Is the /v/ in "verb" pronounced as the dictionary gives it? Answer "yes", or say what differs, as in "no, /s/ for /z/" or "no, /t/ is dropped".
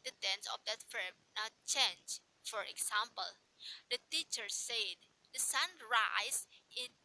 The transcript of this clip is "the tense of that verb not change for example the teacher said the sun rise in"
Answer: no, /f/ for /v/